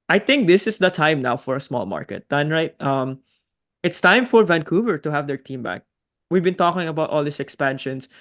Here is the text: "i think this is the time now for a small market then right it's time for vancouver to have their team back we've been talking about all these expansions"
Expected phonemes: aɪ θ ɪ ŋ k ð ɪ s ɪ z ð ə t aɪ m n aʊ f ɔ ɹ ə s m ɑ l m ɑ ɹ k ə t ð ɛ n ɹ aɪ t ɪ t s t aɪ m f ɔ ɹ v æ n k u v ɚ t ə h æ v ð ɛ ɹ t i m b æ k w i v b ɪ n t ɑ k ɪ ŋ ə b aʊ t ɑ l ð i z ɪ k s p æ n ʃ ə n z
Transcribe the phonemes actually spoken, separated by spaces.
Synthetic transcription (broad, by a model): aɪ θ ɪ ŋ k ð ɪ s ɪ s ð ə t aɪ m n aʊ f ɔ ɹ ə s m ɑ l m ɑ ɹ k ə t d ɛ n ɹ aɪ t ɪ t s t aɪ m f ɔ ɹ v æ n k u v ɚ t ə h æ v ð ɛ ɹ t i m b æ k w i v b ɪ n t ɑ k ɪ ŋ ə b aʊ t ɑ l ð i s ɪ k s p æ n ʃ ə n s